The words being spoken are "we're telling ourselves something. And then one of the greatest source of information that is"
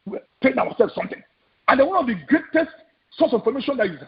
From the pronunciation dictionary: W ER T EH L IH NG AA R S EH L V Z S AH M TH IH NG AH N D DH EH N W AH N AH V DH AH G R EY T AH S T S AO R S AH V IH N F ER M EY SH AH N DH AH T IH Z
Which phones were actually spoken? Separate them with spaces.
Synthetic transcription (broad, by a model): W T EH N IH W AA S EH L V S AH M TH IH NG AH N D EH W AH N AH V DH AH G R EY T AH S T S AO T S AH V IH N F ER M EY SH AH N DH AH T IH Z